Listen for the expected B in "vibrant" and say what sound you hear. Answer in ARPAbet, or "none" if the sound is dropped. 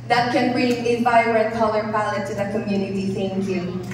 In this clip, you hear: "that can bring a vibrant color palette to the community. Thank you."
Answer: none